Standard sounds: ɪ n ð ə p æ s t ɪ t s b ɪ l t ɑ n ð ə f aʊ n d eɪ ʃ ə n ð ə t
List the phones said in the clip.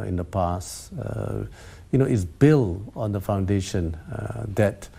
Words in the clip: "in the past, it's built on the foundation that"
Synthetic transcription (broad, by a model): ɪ n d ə p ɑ s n ɪ t s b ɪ l ɑ n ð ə f aʊ n d eɪ ʃ ə n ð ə t